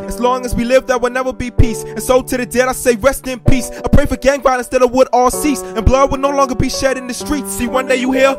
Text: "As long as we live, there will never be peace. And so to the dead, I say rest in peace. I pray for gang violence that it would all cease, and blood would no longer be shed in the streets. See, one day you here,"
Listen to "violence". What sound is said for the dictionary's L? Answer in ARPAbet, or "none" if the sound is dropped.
N